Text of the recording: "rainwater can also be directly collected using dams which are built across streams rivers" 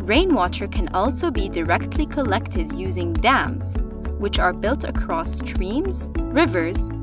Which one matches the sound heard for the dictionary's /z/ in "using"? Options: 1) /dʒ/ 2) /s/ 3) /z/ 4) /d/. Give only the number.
3